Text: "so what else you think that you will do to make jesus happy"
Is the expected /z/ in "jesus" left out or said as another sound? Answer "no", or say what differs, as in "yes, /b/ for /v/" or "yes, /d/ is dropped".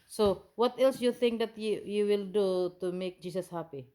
yes, /s/ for /z/